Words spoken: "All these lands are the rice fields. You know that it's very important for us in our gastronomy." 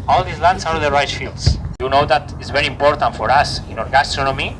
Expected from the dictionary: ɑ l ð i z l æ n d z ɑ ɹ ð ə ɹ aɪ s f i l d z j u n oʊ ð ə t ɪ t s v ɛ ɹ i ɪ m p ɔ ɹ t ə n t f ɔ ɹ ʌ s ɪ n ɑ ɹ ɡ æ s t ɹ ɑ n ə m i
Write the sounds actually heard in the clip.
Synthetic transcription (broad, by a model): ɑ l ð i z l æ n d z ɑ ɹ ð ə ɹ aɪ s f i l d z j u n oʊ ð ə t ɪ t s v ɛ ɹ i ɪ m p ɔ ɹ t ə n t f ɔ ɹ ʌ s ɪ n ɑ ɹ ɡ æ s t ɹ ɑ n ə m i